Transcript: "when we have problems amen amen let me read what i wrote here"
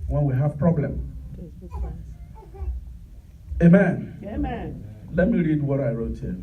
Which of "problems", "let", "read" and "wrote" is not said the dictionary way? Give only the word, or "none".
problems